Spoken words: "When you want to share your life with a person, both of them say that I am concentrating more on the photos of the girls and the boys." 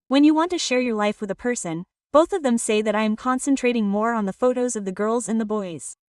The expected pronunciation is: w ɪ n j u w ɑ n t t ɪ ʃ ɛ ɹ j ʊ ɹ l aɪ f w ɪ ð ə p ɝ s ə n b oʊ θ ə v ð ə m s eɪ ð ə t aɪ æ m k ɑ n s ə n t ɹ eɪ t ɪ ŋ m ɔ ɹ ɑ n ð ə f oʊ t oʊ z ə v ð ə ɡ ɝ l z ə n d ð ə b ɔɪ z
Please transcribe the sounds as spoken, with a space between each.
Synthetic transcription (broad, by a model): w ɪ n j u w ɑ n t t ɪ ʃ ɛ ɹ j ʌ ɹ l aɪ f w ɪ ð ə p ɝ s ə n b oʊ θ ə v ð ə m s eɪ ð ə t aɪ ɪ m k ɑ n s ə n t ɹ eɪ t ɪ ŋ m ɔ ɹ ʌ n ð ə f oʊ t oʊ z ə v ð ə ɡ ɝ l z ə n ð ə b ɔɪ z